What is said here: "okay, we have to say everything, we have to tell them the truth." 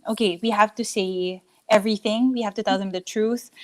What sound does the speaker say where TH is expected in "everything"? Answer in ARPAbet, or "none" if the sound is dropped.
TH